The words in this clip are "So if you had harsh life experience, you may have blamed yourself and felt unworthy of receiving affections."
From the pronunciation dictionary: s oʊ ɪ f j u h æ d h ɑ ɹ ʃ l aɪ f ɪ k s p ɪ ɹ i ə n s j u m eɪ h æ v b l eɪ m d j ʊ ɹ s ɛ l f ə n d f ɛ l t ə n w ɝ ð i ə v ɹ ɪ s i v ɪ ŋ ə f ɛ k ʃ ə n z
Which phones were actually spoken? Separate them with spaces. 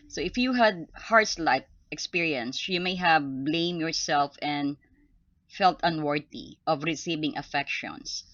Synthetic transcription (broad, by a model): s oʊ ɪ f j u h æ d h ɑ ɹ s l aɪ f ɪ k s p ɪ ɹ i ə n s j u m eɪ h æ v b l eɪ m j ʊ ɹ s ɛ l f ə n d f ɛ l t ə n w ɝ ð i ə v ɹ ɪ s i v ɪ ŋ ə f ɛ k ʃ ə n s